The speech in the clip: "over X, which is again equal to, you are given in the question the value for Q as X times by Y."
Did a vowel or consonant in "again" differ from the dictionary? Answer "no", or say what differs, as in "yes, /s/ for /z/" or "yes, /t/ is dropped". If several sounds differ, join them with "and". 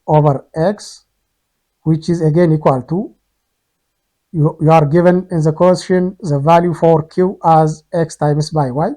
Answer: no